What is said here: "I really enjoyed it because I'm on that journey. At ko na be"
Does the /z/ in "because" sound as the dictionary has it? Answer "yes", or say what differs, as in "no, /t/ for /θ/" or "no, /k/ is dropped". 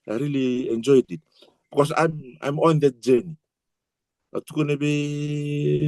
no, /s/ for /z/